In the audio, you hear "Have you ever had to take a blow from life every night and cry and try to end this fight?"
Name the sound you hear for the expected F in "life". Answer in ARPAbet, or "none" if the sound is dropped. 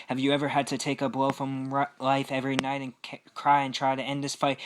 F